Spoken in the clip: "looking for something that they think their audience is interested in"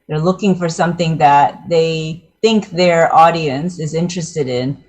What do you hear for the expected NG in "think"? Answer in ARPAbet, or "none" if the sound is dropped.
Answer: NG